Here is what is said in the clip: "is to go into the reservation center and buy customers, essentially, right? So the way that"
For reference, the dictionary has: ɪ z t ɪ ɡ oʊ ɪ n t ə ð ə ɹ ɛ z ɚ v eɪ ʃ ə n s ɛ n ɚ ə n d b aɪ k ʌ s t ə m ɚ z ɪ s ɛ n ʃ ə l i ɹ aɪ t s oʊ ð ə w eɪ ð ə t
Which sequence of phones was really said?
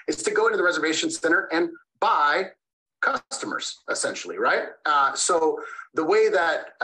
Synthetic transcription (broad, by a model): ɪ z t ɪ ɡ oʊ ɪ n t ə ð ə ɹ ɛ z ɚ v eɪ ʃ ə n s ɛ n ɚ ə n b aɪ k ʌ s t ə m ɚ z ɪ s ɛ n ʃ l i ɹ aɪ t s oʊ ð ə w eɪ ð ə t